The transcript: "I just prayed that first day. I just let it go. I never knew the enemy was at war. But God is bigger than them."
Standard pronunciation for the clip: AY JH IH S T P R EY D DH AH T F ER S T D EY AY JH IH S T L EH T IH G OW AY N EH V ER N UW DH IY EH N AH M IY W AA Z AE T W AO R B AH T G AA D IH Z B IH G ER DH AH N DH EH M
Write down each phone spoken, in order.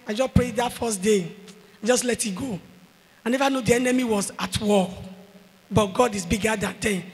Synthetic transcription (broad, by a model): AY JH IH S P R EY D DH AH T F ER S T D EY AY JH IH S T L EH T IH G OW AY N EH V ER N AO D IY EH N AH M IY W AA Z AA T W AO L B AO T G AA D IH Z B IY G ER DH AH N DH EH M